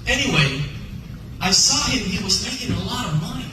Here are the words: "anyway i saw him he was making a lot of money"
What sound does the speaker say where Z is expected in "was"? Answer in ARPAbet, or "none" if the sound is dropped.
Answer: Z